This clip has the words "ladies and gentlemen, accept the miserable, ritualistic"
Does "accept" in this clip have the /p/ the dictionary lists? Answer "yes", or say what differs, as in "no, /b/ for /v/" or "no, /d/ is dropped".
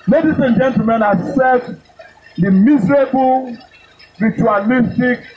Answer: no, /p/ is dropped